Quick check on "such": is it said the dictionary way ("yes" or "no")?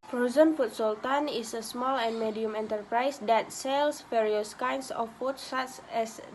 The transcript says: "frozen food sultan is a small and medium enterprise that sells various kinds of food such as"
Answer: no